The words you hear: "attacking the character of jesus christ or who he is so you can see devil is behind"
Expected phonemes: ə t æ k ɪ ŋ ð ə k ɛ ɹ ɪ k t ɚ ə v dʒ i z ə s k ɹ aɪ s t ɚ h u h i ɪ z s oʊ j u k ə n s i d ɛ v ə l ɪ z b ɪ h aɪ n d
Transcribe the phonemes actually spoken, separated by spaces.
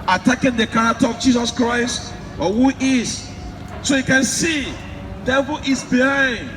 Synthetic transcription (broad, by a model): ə t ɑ k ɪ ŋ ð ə k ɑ ɹ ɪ k t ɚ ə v dʒ i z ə s k ɹ aɪ s t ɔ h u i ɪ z s oʊ j u k ə n s i d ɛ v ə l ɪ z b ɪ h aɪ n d